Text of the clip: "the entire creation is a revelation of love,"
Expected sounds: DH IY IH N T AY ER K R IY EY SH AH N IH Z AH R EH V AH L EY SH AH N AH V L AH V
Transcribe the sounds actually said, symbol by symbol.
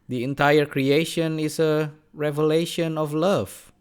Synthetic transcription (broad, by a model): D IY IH N T AY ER K R IY EY SH AH N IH S AH R EH V AH L EY SH AH N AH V L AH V